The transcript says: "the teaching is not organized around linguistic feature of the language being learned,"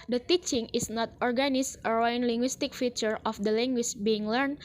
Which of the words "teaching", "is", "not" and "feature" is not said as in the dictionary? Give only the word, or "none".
is